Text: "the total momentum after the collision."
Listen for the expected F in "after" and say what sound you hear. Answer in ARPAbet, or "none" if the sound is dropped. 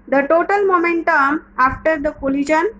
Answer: F